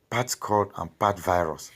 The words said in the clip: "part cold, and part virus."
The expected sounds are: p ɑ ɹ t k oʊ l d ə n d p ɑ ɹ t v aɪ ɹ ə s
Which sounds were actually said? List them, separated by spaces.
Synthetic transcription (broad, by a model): p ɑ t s k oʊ d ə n p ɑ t v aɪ ɹ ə s